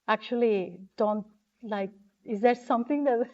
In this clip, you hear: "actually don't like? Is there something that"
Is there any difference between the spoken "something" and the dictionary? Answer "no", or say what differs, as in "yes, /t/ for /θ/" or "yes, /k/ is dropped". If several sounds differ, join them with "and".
yes, /t/ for /θ/